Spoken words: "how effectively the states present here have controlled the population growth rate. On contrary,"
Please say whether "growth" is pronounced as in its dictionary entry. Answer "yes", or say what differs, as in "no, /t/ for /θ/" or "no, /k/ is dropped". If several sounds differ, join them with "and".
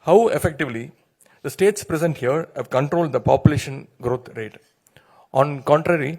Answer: no, /t/ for /θ/